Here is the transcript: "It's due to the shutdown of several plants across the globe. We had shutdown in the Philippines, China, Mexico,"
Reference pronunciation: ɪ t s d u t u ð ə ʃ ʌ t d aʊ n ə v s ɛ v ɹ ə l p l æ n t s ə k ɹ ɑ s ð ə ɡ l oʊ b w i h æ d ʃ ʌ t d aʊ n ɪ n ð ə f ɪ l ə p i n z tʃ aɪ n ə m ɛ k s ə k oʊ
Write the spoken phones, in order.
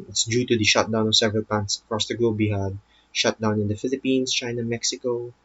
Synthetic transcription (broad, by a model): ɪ t s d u t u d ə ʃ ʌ t d aʊ n ə v s ɛ v ɹ ə l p ɑ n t s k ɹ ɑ s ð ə ɡ l oʊ b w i h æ d ʃ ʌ t d aʊ n ɪ n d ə f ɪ l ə p i n s tʃ aɪ n ə m ɛ k s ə k oʊ